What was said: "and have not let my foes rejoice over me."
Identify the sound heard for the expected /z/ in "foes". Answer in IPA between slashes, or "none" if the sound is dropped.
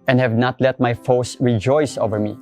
/s/